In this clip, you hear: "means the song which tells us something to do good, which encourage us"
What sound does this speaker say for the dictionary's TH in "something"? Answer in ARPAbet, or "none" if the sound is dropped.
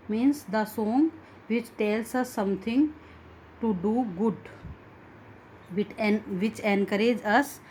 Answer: T